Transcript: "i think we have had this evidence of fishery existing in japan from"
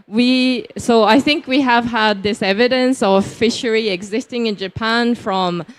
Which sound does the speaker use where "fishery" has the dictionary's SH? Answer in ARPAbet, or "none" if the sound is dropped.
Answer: SH